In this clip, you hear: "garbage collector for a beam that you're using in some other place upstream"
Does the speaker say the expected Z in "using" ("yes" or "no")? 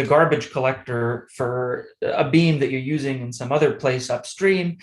yes